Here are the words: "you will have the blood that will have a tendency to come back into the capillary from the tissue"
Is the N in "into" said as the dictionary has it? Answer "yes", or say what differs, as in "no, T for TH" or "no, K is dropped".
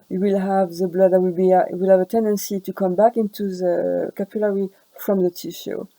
yes